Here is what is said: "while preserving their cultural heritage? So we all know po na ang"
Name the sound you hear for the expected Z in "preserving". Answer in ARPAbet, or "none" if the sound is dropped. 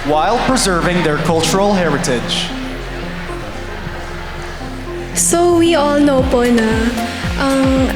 Z